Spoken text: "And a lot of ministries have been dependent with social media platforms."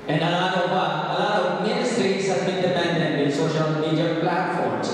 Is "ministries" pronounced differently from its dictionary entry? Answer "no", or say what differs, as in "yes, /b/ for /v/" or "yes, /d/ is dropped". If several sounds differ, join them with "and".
yes, /s/ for /z/